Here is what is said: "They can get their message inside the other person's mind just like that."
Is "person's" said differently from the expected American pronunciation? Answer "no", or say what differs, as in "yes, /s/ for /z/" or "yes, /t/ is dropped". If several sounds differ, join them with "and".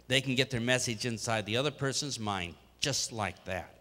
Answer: no